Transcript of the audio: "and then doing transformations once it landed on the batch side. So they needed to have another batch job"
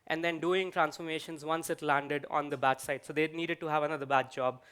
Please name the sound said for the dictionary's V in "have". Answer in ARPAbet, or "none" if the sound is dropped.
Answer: V